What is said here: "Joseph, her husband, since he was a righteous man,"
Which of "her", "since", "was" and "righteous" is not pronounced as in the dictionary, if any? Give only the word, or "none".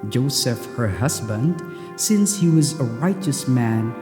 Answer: none